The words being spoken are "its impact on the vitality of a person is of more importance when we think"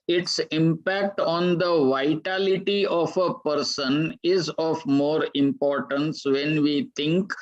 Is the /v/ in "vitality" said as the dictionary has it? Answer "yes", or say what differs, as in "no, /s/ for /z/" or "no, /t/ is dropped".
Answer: yes